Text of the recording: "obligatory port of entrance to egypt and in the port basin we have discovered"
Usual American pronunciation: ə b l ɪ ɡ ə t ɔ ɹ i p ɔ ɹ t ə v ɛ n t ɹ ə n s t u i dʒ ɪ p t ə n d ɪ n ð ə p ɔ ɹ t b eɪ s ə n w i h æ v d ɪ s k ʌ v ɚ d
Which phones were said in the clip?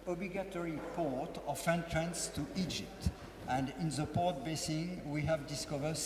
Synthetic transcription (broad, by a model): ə b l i ɡ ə t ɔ ɹ i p ɔ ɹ t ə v ɛ n t ɹ ə n s t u i dʒ ɪ p t ə n d ɪ n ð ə p ɔ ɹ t b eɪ s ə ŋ w i h æ v d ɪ s k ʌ v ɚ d